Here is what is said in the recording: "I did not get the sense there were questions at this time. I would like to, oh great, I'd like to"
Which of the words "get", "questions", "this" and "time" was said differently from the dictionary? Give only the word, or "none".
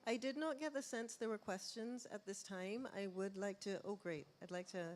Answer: none